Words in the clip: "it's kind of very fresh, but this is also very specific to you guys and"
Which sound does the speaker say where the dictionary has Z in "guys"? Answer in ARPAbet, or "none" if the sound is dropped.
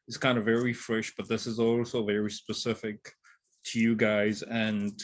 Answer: Z